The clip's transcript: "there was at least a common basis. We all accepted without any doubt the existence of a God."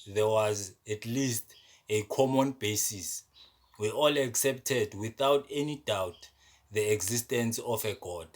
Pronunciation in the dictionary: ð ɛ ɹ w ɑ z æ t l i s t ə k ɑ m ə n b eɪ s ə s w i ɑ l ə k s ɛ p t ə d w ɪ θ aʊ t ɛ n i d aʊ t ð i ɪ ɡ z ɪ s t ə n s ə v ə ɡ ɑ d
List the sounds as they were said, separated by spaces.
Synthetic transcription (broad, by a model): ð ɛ w ɑ z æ t l i s t ə k ɑ m ə n b eɪ s ə s w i ɑ l ə k s ɛ p t ə d w ɪ θ aʊ t ɛ n i d aʊ t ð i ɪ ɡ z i s t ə n s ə f ə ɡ ɑ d